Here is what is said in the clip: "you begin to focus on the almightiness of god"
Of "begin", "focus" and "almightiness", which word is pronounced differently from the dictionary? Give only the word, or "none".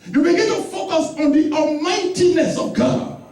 almightiness